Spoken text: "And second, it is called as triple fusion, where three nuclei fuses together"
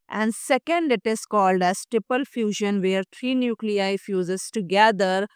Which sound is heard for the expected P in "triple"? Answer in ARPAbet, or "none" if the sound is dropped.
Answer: P